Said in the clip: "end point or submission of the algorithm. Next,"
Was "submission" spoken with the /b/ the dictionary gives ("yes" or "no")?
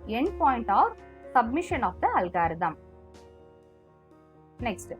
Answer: yes